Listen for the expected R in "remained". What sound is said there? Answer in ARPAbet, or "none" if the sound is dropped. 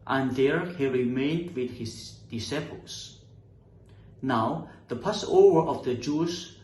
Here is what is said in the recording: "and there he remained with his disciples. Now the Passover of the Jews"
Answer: R